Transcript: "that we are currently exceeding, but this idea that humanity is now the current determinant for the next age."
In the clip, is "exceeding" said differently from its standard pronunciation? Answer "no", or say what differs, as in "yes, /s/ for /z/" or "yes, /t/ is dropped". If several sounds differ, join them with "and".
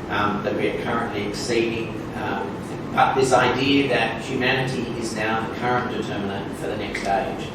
no